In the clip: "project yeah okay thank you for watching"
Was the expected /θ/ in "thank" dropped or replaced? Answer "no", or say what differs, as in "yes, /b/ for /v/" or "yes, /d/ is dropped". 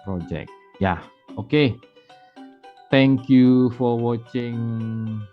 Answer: yes, /t/ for /θ/